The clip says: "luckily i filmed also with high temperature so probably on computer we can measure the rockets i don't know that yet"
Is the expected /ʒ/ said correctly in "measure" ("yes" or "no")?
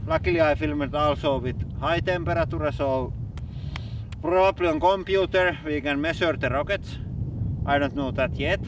no